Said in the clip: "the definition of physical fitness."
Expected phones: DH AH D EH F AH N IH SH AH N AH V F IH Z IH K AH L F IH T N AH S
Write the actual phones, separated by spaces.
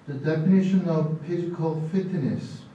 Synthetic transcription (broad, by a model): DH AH D EH F AH N IH SH AH N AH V P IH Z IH K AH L F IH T N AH S